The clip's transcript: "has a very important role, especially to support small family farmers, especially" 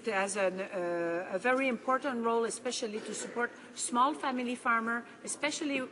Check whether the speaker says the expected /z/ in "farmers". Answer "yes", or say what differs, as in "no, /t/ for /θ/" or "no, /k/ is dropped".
no, /z/ is dropped